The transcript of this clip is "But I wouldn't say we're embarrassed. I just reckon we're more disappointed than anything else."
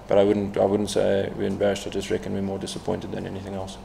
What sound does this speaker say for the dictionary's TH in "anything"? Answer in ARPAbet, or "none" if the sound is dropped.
TH